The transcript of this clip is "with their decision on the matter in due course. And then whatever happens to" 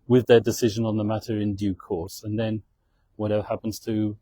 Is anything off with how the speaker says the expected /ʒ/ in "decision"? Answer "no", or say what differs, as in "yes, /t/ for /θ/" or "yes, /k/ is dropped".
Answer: no